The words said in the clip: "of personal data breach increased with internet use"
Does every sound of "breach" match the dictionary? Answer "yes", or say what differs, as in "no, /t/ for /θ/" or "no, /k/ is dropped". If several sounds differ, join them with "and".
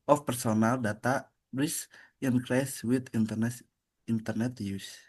no, /s/ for /tʃ/